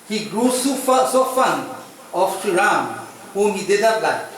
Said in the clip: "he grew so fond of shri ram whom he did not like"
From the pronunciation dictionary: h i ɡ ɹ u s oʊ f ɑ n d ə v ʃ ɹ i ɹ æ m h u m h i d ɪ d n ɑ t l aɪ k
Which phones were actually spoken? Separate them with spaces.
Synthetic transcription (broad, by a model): h i ɡ ɹ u s oʊ f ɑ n ə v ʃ i ɹ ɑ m h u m h i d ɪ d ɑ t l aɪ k